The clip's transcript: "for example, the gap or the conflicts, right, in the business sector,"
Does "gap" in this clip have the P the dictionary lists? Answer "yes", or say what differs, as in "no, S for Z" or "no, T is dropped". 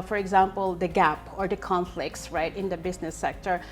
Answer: yes